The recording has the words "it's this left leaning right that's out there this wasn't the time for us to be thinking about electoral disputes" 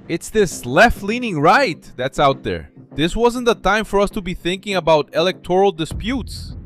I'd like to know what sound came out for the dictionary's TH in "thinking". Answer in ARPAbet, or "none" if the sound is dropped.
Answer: TH